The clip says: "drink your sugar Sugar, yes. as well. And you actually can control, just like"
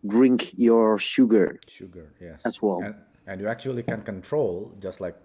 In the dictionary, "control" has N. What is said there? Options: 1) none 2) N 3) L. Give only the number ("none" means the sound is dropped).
2